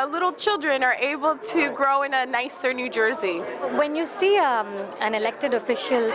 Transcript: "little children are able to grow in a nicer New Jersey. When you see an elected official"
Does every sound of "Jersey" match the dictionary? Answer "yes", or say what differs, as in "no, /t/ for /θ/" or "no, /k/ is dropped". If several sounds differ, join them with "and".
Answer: yes